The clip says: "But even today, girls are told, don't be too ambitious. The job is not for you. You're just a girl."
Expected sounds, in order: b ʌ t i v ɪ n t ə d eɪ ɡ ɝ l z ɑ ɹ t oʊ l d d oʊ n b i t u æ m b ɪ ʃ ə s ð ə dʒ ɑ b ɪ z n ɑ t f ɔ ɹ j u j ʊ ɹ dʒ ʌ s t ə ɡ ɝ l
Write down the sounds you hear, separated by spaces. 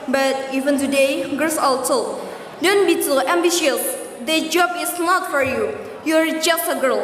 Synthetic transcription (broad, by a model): b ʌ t i v ɪ n t ə d eɪ ɡ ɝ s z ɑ l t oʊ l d d oʊ n b i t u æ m b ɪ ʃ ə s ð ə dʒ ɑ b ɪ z n ɑ t f ɔ ɹ j u j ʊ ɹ dʒ ʌ s t ə ɡ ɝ l